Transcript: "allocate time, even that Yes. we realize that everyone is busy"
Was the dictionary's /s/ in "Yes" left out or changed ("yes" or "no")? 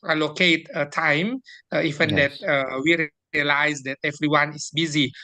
yes